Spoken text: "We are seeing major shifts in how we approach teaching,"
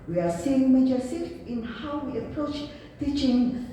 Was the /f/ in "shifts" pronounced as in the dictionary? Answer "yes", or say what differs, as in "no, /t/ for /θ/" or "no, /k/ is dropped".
no, /f/ is dropped